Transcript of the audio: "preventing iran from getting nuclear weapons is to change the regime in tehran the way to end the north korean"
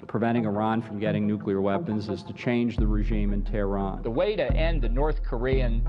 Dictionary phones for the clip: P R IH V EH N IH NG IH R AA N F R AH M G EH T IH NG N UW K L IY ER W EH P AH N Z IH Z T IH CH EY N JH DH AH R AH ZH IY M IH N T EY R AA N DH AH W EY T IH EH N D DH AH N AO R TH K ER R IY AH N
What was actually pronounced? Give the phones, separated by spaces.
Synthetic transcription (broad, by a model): P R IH V EH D IH NG IH R AA N F R AH M G EH T IH NG N UW K L IY ER W EH P AH N Z IH Z T IH CH EY N JH DH AH R AH ZH IY M IH N T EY R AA N DH AH W EY T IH EH N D DH AH N AO R TH K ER R IY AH N